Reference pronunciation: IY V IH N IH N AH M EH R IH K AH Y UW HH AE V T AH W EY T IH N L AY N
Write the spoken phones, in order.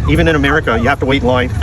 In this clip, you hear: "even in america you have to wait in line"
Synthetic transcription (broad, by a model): IY V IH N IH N AH M EH R IH K AH Y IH HH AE F T AH W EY IH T L AY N